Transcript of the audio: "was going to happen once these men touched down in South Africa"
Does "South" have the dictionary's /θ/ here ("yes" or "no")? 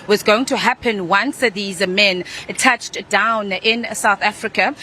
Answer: yes